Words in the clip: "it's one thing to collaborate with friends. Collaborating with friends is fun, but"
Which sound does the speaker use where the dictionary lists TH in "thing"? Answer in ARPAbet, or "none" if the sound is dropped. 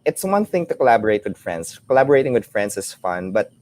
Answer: TH